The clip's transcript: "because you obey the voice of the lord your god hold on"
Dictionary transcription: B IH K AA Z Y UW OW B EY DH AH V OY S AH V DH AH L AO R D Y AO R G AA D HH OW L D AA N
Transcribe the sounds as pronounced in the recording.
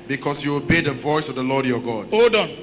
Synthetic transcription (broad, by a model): B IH K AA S Y UW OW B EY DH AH V OY S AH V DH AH L AO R D Y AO G AA D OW D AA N